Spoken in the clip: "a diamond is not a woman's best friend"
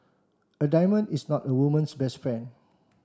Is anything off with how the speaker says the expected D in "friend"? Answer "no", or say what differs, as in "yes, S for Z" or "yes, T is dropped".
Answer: yes, D is dropped